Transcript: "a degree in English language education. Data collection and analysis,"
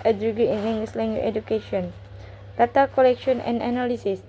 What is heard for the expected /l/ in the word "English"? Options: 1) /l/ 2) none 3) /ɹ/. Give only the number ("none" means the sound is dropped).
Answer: 2